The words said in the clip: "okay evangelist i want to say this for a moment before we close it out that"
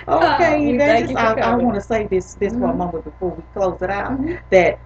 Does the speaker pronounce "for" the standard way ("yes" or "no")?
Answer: no